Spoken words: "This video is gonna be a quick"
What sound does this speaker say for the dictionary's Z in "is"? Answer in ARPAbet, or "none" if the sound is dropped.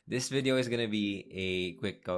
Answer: Z